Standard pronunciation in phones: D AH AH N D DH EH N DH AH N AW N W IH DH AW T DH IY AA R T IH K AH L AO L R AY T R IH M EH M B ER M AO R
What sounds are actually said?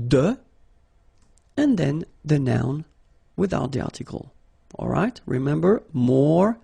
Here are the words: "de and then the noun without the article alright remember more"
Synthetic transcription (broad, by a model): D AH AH N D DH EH N DH AH N AW N W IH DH AW T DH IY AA R T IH K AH L AO L R AY T R IH M EH M B ER M AO R